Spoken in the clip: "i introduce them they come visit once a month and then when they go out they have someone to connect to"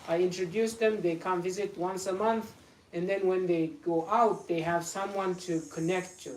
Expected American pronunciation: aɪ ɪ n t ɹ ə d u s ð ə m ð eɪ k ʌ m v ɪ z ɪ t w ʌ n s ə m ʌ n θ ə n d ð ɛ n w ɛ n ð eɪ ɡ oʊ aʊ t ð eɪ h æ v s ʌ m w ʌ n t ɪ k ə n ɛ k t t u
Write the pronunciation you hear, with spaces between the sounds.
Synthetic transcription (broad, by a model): aɪ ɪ n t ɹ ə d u s ð ə m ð eɪ k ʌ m v ɪ z ɪ t w ʌ n s ə m ʌ n θ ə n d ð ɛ n w ɛ n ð eɪ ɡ oʊ aʊ t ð eɪ h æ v s ʌ m w ʌ n t ɪ k ə n ɛ k t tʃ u